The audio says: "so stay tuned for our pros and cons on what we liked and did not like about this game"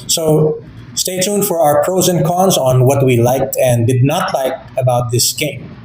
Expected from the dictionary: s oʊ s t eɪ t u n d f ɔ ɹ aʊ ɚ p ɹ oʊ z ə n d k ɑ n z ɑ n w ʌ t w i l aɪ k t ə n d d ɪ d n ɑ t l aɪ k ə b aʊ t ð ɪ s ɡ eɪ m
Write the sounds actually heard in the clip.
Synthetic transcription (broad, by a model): s oʊ s t eɪ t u n f ɔ ɹ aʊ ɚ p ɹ oʊ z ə n k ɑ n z ɑ n w ʌ t w i l aɪ k t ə n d d ɪ d n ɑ t l aɪ k ə b aʊ t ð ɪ s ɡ eɪ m